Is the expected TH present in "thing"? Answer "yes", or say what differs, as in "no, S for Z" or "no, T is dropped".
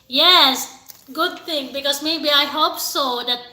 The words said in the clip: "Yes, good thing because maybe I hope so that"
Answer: no, T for TH